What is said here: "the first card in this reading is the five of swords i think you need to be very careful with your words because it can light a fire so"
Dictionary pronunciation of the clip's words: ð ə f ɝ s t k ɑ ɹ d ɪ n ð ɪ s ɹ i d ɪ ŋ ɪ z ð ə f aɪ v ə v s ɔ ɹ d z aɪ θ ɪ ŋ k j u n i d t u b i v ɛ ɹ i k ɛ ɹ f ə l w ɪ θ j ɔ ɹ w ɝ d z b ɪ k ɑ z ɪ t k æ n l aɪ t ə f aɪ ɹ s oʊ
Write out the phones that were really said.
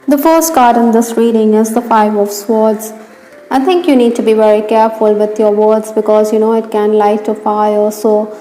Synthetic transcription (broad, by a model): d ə f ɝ s t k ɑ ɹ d ɪ n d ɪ s ɹ i d ɪ ŋ ɪ z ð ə f aɪ v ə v s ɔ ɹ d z aɪ t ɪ ŋ k j u n i d t u b i v ɛ ɹ i k ɛ ɹ f ə l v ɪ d j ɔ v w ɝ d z b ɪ k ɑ z ɪ t k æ n l aɪ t ə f aɪ l s oʊ